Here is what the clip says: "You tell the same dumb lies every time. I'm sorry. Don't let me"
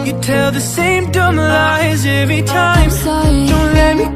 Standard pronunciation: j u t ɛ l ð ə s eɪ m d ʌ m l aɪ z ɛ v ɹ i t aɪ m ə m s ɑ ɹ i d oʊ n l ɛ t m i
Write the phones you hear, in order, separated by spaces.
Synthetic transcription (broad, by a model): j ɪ t ɛ l ð ə s eɪ m d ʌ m l aɪ z ɛ v ɹ i t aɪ ə m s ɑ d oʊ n l ɛ t m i